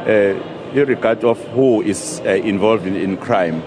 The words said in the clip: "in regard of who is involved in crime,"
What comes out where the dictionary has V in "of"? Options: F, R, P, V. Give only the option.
F